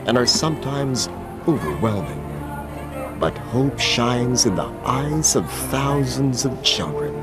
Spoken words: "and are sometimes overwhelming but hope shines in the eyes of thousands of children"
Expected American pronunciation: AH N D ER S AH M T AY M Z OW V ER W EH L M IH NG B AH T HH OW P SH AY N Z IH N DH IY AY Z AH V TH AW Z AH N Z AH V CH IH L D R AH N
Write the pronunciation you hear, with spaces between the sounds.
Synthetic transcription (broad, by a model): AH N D ER S AH M T AY M Z OW V ER W EH L M IH NG B AH T HH OW P SH AY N Z IH N DH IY AY Z AH V TH AW Z AH N Z AH V CH IH L D R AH N